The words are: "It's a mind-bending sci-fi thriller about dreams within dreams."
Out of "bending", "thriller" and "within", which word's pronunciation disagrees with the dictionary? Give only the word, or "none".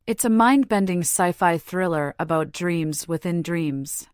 none